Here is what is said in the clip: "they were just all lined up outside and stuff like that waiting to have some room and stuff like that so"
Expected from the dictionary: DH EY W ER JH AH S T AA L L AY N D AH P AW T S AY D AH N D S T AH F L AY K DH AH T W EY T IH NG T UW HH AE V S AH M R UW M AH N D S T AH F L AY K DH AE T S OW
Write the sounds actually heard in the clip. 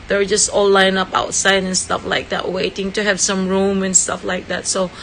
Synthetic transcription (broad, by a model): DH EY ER JH AH S T AA L L AY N AH P AW T S AY D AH N S T AH F L AY K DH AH T W EY T IH NG T UW HH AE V S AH M R UW M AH N S T AH F L AY K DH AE T S OW